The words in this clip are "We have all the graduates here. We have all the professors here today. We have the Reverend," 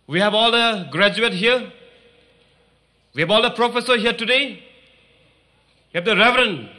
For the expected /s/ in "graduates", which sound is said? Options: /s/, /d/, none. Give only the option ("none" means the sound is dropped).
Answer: none